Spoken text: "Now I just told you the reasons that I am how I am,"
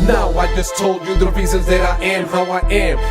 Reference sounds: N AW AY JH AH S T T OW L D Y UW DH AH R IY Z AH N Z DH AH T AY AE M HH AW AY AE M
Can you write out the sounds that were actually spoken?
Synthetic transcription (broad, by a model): N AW AY JH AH S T T OW L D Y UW DH AH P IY S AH Z DH AH T AY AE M HH AW AY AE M